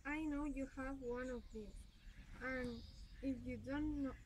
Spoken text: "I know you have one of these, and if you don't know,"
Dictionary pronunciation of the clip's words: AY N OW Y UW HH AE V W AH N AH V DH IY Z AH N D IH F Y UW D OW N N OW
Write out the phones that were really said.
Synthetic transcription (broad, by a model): AY N OW Y UW HH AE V W AH N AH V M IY AH N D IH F Y UW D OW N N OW